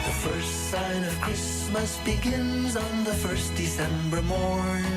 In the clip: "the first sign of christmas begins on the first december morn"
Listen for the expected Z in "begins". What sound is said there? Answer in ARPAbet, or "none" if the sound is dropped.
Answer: Z